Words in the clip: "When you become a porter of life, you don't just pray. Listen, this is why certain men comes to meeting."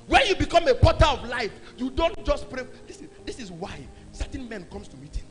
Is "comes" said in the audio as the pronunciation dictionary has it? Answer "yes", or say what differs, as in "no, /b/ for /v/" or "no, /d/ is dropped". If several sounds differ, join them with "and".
no, /s/ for /z/